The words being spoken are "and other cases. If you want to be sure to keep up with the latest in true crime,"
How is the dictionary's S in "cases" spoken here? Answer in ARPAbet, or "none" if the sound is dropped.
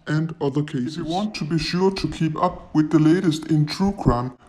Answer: none